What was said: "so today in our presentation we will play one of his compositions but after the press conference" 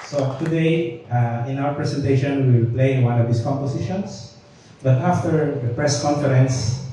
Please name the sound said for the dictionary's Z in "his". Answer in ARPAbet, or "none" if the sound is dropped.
S